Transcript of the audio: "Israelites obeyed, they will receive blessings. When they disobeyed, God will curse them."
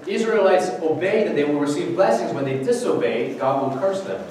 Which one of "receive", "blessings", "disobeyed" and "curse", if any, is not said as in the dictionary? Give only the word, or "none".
none